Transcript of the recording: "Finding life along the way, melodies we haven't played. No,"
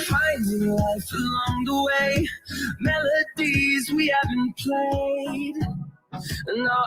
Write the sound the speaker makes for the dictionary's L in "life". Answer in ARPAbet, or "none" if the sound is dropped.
W